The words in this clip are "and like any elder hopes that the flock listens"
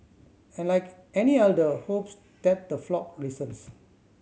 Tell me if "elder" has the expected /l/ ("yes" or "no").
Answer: no